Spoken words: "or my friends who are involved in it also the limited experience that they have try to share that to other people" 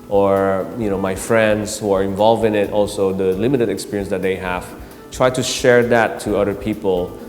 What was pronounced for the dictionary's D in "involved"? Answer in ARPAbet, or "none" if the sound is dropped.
none